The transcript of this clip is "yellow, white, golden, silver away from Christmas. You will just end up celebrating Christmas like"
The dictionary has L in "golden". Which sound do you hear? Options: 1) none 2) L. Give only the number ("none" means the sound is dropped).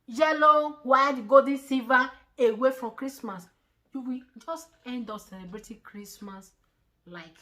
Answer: 1